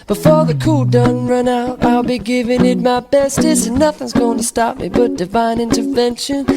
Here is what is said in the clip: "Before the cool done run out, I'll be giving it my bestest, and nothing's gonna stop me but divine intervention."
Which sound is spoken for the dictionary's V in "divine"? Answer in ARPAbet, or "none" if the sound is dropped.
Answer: V